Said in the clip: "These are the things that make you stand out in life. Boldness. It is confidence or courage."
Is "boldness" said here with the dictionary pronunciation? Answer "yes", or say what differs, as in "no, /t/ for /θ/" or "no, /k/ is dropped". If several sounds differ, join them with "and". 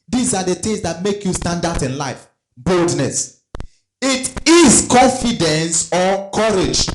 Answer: yes